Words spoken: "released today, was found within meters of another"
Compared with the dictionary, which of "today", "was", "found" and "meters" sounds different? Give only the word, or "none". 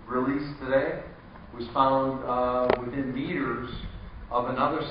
none